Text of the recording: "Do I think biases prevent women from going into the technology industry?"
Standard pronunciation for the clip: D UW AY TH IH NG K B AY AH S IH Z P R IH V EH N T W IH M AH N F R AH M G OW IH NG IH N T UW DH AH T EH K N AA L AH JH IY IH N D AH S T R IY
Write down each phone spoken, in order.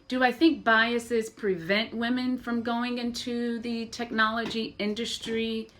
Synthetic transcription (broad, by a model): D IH AY TH IH NG K B AY AH S IH Z P R IH V EH N T W IH M AH N F R AH M G OW IH NG IH N T UW DH AH T EH K N AA L AH JH IY IH N D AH S T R IY